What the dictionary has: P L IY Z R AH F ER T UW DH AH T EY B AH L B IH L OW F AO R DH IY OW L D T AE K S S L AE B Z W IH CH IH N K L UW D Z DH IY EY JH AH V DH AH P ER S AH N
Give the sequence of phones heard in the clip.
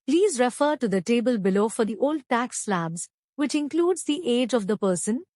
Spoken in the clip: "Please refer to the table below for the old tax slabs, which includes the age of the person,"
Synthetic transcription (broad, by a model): P L IY Z R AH F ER T UW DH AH T EY B AH L B IH L OW F AO R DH IY OW L D T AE K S S L AE B Z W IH CH IH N K L UW D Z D IY EY JH AH V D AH P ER S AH N